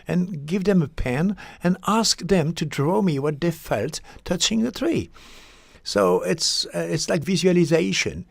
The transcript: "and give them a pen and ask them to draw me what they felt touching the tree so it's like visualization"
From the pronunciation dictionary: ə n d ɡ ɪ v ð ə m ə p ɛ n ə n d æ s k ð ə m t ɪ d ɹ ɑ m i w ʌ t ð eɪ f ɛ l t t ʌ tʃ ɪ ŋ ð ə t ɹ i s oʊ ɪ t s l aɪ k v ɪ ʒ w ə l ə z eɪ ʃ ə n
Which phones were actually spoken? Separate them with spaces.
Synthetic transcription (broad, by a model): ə n ɡ ɪ v ð ə m ə p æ n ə n æ s k ð ə m t ɪ d ɹ ɑ m i w ʌ t ð eɪ f ɛ l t t ʌ tʃ ɪ ŋ ð ə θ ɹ i s oʊ ɪ t s l aɪ k v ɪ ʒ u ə l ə z eɪ ʃ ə n